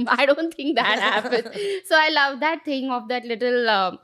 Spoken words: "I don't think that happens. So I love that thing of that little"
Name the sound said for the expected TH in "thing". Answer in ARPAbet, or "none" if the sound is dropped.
T